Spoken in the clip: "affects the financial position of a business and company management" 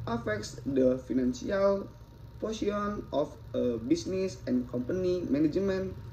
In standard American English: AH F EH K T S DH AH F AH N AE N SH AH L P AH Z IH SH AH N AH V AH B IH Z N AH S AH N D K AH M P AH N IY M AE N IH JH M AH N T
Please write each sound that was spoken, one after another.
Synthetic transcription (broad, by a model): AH F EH K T S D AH F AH N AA N S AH L P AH S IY AH N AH F AH B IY S N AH S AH N K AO M P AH N IY M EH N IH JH M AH N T